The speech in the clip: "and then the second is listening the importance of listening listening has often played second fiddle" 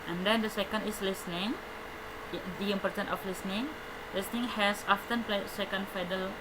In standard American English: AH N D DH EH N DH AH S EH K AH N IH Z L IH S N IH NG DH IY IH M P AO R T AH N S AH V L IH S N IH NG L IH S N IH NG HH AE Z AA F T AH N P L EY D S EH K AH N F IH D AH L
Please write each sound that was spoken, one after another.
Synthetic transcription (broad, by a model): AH N D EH N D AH S EH K AH N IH S L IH S N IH NG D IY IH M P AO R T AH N AH F L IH S N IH NG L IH S N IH NG HH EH S AA F T AH N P L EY S EH K AH N F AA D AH L